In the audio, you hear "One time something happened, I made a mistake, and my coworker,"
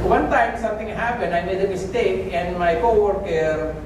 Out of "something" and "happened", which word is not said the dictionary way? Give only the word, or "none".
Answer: something